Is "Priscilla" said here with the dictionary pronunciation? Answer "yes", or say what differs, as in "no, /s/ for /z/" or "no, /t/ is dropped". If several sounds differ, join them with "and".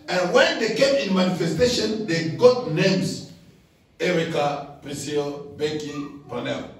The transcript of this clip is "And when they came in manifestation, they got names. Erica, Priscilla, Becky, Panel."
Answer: no, /l/ is dropped